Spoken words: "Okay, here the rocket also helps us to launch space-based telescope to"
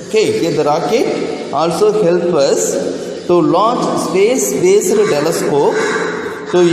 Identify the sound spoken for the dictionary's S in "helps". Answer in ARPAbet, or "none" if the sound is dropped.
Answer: none